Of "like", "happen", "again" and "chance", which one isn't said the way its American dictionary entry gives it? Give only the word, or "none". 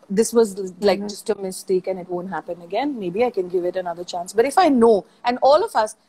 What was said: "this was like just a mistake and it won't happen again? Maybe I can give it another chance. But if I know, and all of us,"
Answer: none